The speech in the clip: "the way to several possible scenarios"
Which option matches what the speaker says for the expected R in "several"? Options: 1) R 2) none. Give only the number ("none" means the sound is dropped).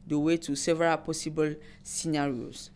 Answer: 1